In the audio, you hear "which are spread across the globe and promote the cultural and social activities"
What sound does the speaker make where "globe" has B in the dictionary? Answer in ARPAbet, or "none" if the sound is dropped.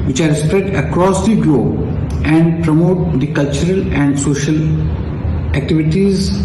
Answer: none